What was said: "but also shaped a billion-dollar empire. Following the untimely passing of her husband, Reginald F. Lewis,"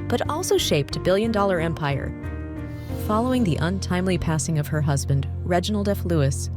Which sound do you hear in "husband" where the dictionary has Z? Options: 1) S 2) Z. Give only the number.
2